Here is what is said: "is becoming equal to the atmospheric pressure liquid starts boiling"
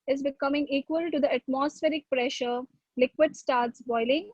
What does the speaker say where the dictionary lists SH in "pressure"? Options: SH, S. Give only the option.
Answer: SH